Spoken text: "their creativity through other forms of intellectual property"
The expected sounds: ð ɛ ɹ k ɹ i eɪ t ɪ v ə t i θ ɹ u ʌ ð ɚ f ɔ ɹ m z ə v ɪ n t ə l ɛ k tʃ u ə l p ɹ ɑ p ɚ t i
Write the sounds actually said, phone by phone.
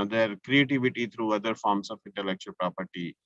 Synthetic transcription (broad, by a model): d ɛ ɹ k ɹ i eɪ t ɪ v ə t i t ɹ u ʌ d ɚ f ɔ ɹ m s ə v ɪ n t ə l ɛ k tʃ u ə l p ɹ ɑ p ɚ t i